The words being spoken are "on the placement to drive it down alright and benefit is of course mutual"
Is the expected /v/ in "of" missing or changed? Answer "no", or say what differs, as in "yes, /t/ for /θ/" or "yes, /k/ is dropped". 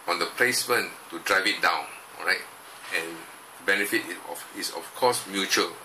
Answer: yes, /f/ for /v/